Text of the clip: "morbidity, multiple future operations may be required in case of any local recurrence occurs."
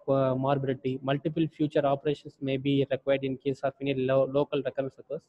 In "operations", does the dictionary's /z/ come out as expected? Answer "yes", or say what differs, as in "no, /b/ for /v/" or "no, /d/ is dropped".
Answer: no, /s/ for /z/